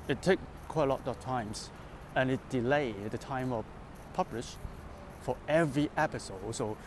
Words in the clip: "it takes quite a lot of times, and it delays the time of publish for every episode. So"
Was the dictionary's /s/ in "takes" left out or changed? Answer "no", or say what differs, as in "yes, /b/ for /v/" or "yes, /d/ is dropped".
yes, /s/ is dropped